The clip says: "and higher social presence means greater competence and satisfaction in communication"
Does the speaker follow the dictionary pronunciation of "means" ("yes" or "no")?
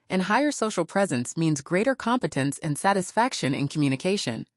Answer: yes